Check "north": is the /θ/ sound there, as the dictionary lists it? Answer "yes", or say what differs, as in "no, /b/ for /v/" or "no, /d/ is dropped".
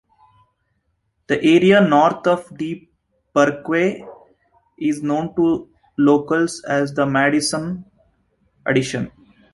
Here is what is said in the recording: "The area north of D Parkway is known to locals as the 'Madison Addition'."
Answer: no, /t/ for /θ/